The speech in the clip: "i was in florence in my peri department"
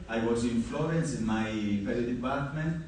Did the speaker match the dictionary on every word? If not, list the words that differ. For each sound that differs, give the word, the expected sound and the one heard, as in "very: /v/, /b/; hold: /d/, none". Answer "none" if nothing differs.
peri: /ɹ/, /l/